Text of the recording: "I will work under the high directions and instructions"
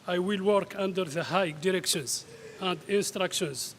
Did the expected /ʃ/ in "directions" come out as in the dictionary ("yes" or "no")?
yes